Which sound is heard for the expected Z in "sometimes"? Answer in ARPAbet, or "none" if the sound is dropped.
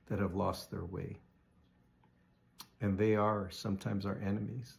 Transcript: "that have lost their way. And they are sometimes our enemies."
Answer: Z